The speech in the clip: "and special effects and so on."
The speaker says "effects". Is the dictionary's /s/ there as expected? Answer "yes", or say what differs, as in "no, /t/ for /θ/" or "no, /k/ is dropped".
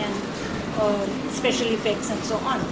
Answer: yes